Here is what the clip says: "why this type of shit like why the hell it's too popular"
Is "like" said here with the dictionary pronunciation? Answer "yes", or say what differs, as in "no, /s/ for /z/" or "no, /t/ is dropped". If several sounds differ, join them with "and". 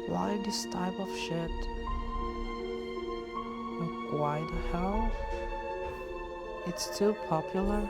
no, /w/ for /l/